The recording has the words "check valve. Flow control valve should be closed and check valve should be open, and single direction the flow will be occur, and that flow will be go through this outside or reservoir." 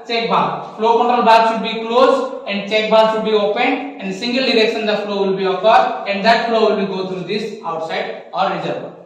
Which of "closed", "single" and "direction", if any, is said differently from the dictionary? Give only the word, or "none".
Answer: closed